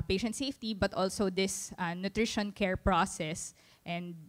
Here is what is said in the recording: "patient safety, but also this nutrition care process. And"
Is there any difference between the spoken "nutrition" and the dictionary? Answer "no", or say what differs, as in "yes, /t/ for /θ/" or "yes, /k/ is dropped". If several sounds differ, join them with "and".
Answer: no